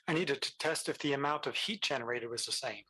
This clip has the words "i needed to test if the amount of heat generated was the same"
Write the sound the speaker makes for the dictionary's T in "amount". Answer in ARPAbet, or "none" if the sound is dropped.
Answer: T